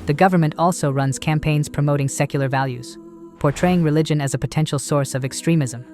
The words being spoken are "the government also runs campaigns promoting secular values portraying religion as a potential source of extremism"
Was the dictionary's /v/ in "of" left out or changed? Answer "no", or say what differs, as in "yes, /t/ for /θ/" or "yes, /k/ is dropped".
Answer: no